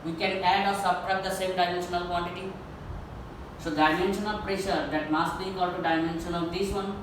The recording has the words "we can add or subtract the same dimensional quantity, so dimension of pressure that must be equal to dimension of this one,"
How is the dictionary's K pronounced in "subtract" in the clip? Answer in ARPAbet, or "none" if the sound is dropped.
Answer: none